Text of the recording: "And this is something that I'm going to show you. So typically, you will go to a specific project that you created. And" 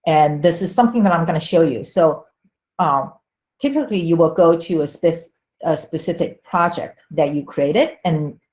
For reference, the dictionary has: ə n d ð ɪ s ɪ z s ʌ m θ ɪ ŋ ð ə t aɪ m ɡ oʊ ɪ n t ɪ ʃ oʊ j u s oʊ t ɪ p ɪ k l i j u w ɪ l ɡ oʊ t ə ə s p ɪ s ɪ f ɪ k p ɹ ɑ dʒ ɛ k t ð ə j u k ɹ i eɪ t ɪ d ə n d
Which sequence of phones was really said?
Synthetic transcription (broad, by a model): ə n ð ɪ s ɪ z s ʌ m θ ɪ ŋ ð ə t aɪ m ɡ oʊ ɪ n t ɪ ʃ oʊ j u s oʊ t ɪ p ɪ k l i j u w ɪ l ɡ oʊ t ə ə s p ɪ s ɪ f ɪ k p ɹ ɑ dʒ ɛ k t ð ə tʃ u k ɹ i eɪ t ɪ d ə n